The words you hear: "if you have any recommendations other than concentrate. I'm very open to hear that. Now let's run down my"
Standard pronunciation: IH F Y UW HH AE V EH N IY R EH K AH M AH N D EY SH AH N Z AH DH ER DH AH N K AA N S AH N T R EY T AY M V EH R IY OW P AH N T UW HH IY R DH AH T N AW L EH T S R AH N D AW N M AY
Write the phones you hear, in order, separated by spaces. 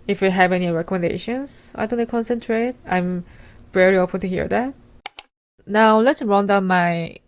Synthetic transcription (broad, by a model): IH F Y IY HH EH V EH N IY R EH K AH M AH N D EY SH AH N S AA IH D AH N K AA N S AH N T R EY T AY M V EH R IY OW P AH N T UW HH IY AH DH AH T N AW L EH T S R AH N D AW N M AY